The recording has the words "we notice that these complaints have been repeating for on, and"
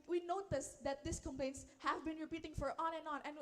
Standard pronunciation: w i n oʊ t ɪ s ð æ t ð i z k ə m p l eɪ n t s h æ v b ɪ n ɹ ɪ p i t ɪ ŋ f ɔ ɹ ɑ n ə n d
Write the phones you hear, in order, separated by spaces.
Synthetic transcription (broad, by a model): w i n oʊ t ɪ s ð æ t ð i s k ə m p l eɪ n t s h æ v b ɪ n ɹ ɪ p i t ɪ ŋ f ɔ ɹ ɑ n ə n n